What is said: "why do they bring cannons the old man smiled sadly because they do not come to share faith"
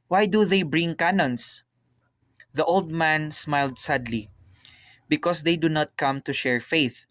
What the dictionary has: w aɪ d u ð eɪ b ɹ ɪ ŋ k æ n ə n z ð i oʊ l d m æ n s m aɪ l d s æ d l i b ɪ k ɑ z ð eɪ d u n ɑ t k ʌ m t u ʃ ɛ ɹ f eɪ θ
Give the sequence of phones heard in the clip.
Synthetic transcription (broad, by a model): w aɪ d u ð eɪ b ɹ ɪ ŋ k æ n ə n s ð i oʊ l d m æ n s m aɪ l d s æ d l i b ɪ k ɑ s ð eɪ d u n ɑ t k ʌ m t u ʃ ɛ ɹ f eɪ θ